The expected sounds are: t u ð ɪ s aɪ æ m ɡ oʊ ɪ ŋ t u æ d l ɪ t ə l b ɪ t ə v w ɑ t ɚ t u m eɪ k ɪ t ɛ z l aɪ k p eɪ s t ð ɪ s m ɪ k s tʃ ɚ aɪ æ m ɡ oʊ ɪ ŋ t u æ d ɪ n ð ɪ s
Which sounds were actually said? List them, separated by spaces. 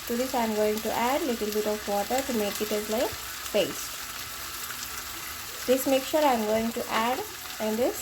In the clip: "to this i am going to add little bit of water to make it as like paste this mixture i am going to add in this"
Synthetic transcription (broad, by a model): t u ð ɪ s aɪ m ɡ oʊ ɪ ŋ t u æ d l ɪ t ə l b ɪ t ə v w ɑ t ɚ t u m eɪ k ɪ t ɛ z l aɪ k b eɪ s t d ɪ s m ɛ k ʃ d aɪ m ɡ oʊ ɪ ŋ t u æ d ɪ n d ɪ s